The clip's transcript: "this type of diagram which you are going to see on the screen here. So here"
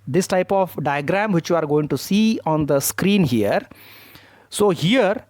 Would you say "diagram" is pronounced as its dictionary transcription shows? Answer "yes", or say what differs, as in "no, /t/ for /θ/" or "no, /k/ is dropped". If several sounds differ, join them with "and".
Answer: yes